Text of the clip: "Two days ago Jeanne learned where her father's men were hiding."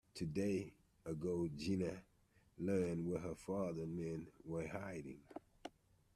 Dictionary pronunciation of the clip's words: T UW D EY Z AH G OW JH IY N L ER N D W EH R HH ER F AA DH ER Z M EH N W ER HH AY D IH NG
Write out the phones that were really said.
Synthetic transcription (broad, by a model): T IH D EY AH G OW JH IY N L ER N D W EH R HH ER F AA DH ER M EH N W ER HH AY D IH NG